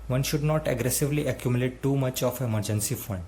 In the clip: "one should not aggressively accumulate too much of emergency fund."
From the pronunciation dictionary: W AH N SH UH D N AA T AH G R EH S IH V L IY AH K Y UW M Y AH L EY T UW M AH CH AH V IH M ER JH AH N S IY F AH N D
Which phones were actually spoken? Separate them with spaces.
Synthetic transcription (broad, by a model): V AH N SH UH D N AA T AH G R EH S IH V L IY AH K Y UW M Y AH L EY T UW M AH CH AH F IH M ER JH AH N S IY F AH N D